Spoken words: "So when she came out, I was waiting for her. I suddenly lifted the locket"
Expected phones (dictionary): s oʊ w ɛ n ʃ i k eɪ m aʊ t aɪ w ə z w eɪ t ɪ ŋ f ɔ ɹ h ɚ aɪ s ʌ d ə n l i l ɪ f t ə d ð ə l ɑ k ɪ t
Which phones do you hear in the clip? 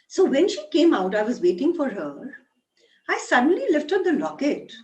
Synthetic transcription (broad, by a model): s oʊ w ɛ n ʃ i k eɪ m aʊ t aɪ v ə z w eɪ t ɪ ŋ f ɔ ɹ h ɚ aɪ s ʌ d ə n l i l ɪ f t ə d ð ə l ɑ k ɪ t